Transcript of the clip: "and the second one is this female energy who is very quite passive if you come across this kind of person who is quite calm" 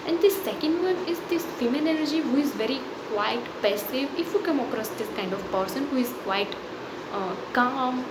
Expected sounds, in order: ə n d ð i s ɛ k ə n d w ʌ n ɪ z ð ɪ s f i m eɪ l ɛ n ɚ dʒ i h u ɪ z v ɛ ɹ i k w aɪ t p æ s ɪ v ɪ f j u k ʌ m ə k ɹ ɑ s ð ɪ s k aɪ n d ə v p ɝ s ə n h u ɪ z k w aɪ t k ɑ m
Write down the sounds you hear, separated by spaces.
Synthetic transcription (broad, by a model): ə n d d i s ɛ k ə n d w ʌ n ɪ z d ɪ s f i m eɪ n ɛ l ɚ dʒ i h u ɪ z v ɛ ɹ i k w aɪ t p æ s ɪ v ɪ f j u k ʌ m ə k ɹ ɑ s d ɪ s k aɪ n d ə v p ɝ s ə n h u ɪ z k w aɪ t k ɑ m